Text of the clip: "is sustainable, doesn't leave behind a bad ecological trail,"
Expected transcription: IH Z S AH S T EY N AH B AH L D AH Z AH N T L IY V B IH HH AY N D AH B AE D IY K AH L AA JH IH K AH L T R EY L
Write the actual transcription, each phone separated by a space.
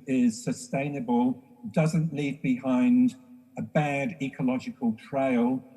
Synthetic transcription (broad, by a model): IH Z S AH S T EY N AH B AH L D AH Z AH N T L IY V B IH HH AY N D AH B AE D IY K AH L AA JH IH K AH L T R EY L